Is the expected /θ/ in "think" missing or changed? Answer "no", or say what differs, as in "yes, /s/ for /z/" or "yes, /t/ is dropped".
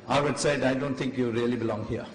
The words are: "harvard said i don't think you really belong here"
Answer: yes, /t/ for /θ/